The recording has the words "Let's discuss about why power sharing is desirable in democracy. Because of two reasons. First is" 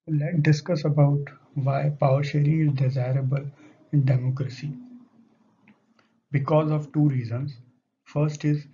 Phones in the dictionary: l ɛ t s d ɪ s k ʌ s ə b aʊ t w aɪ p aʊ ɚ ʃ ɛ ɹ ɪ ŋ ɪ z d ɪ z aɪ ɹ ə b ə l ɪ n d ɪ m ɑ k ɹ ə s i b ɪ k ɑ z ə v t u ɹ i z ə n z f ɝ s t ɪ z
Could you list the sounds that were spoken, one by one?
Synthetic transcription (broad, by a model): l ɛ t d ɪ s k ʌ s ə b aʊ t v aɪ p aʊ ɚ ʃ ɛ ɹ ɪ ɪ z d ɪ z aɪ ɹ ə b ə l ɪ n d ɪ m ɑ k ɹ ə s i b ɪ k ɑ z ə v t u ɹ i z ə n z f ɝ s t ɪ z